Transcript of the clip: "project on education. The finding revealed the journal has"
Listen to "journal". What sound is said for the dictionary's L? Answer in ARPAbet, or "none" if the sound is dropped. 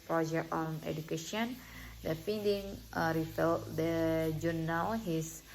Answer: W